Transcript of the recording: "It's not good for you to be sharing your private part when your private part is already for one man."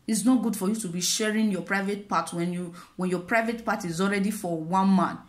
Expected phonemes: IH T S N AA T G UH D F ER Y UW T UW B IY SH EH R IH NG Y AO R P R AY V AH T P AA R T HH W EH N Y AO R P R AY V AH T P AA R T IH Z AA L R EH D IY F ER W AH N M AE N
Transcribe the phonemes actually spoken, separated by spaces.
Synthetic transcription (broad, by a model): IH T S N AA T G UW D F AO Y UW T UW B IY SH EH R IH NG Y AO P R AY V AH T P AA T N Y W EH N Y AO P R AY V AH T P AA T IH Z AA L R EH D IY F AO W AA N M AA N